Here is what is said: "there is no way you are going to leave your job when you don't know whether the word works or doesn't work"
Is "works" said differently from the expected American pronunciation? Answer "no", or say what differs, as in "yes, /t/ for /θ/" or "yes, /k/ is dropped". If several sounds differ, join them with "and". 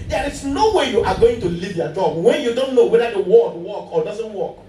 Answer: yes, /s/ is dropped